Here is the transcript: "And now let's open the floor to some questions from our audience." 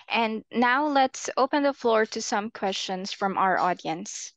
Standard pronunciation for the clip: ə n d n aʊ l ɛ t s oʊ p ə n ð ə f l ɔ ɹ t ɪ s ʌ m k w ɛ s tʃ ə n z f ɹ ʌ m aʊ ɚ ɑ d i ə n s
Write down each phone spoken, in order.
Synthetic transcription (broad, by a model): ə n n aʊ l ɛ t s oʊ p ə n ð ə f l ɔ ɹ t ɪ s ʌ m k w ɛ s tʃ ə n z f ɹ ʌ m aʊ ɚ ɑ d i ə n s